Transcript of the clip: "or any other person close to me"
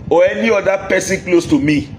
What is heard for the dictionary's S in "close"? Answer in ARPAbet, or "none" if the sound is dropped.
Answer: S